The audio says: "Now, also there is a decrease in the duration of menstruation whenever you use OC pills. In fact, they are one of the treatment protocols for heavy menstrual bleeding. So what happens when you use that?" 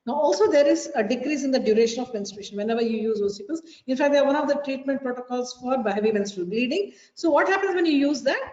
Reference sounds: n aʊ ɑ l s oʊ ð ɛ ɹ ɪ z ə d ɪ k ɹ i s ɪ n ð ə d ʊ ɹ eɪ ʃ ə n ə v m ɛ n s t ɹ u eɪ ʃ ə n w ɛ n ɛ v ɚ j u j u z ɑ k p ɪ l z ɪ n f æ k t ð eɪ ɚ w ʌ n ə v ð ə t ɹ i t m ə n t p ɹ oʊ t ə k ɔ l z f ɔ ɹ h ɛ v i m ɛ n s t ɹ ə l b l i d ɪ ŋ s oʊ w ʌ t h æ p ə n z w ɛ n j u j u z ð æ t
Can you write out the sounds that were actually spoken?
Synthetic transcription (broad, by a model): n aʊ ɑ l s oʊ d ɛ ɹ ɪ z ə d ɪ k ɹ i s ɪ n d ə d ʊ ɹ eɪ ʃ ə n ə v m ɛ n s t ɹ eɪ ʃ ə n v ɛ n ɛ v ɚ j u j u z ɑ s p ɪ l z ɪ n f æ k t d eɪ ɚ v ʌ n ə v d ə t ɹ i t m ə n t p ɹ oʊ t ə k ɔ l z f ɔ ɹ h ɛ v i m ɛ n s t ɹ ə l b l i d ɪ ŋ s oʊ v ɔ t h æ p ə n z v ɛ n j u j u z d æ t